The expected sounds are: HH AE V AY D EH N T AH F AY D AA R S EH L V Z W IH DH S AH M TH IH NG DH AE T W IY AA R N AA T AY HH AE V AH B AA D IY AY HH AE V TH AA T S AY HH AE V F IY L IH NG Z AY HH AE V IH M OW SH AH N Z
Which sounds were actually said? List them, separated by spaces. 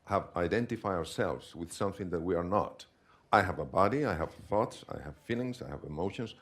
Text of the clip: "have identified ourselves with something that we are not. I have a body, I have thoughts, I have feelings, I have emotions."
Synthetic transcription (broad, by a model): HH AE V AY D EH N T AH F AY AA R S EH L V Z W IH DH S AH M TH IH NG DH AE T W IY AA R N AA T AY HH AE V AH B AA D IY AY HH AE V TH AA T S AY HH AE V F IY L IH NG S AY HH AE V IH M OW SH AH N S